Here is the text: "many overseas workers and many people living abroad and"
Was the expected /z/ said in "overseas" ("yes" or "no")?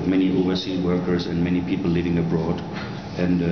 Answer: no